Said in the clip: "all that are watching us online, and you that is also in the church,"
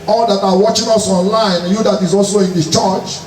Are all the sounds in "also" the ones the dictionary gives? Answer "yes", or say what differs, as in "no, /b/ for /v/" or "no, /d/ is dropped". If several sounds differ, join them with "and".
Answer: yes